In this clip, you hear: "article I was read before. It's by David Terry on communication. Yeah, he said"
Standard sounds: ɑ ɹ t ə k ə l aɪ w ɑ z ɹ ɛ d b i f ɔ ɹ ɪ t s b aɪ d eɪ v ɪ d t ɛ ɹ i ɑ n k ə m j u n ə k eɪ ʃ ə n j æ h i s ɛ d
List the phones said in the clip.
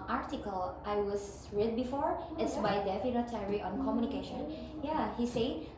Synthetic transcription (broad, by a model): ɑ ɹ t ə k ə l aɪ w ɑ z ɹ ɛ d b i f ɔ ɹ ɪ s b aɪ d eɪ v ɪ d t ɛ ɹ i ɑ n k ə m j u n ə k eɪ ʃ ə n j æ h i s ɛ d